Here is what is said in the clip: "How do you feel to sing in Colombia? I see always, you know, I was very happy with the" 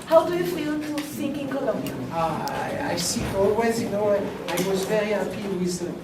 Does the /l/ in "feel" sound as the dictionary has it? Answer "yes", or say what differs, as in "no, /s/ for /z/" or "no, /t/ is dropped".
no, /n/ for /l/